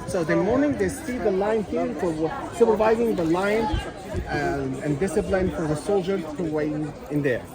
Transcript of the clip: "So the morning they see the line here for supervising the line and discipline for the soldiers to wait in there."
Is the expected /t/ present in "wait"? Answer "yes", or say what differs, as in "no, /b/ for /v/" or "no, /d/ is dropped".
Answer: no, /t/ is dropped